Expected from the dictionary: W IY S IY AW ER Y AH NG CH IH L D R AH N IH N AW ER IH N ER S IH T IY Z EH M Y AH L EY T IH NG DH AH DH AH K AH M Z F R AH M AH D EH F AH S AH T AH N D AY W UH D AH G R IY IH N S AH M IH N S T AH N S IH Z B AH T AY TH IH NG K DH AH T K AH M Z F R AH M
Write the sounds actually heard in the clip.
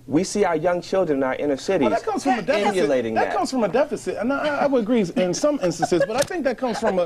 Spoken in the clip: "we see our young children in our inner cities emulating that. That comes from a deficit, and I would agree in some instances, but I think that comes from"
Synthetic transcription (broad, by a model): W IY S IY AW ER Y AH NG CH IH L D R AH N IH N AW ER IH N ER S IH T IY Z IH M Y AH L EY T IH NG DH AH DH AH K AH M Z F R AH M AH D EH F AH S AH T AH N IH AY W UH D AH G R IY IH N S AH M IH N S T AH N S IH Z B AH T AY TH IH NG K DH AH T K AH M Z F R AH M